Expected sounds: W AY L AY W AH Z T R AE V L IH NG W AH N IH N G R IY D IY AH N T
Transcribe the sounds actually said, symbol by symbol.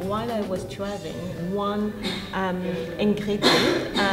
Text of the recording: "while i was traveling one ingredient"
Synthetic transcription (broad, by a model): W AY L AY W AH Z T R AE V IH NG W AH N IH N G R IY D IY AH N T